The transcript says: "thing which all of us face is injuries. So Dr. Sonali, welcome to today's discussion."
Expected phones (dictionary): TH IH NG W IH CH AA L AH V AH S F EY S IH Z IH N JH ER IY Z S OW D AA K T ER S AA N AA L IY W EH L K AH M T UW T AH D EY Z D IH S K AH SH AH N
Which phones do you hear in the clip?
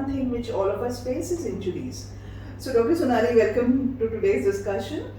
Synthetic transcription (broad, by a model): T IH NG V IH CH AA L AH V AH S P EY S IH Z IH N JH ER IY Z S OW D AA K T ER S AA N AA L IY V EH L K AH M T UW T AH D EY Z D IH S K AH SH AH N